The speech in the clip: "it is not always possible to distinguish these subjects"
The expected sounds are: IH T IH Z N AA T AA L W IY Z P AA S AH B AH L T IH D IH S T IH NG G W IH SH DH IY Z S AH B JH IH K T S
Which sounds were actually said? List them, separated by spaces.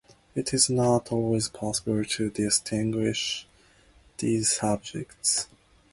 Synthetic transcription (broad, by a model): IH T IH Z N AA T AA L W IY Z P AA S AH B AH L T IH D IH S T IH NG G W IH SH DH IY Z S AH B JH IH K T S